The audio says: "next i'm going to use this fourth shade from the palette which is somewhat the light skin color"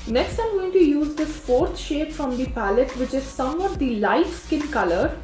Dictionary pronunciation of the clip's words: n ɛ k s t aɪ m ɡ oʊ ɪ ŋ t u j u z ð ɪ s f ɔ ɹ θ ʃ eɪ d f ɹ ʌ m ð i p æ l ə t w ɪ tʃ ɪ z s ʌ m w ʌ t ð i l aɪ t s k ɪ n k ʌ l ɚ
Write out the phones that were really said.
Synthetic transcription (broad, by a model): n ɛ k s t aɪ m ɡ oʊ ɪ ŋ t u j u z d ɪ f ɔ ɹ t ʃ eɪ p f ɹ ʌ m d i p æ l ə t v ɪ tʃ ɪ z s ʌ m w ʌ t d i l aɪ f s k ɪ n k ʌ l ɚ